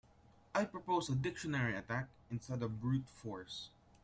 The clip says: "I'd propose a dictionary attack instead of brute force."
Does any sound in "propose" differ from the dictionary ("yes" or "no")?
yes